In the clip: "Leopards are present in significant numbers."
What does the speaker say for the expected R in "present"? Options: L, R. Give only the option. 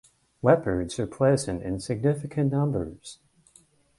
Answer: L